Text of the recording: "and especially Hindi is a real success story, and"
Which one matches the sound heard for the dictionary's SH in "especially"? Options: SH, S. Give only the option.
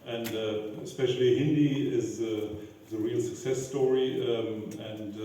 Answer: SH